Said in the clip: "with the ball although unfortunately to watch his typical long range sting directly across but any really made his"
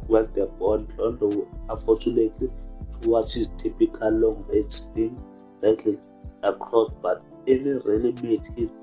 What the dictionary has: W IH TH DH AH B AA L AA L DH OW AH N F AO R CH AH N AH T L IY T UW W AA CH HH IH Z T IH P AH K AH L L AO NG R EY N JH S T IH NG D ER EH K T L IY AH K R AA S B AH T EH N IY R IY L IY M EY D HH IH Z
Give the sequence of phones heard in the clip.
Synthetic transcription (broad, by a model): W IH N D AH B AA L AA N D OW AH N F AO CH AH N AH T L IY T UW W AA CH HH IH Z T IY P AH K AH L L AO NG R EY JH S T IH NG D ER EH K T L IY AH K R AA S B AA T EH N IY R IY L IY M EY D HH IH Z